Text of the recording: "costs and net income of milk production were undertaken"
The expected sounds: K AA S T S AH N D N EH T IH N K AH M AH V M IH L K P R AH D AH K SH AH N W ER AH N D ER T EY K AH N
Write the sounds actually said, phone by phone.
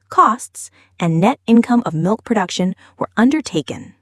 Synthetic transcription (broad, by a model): K AA S T S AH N N EH T IH N K AH M AH V M IH L K P R AH D AH K SH AH N W ER AH N D ER T EY K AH N